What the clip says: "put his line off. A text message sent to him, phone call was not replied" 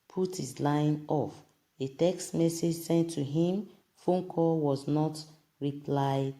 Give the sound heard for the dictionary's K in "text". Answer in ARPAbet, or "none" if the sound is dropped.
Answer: K